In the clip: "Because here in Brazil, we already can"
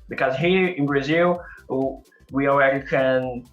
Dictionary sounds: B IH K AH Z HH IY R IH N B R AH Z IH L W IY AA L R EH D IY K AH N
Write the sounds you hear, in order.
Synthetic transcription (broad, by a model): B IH K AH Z HH IY R IH N B R AH Z IH L W IY AA L R EH D IY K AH N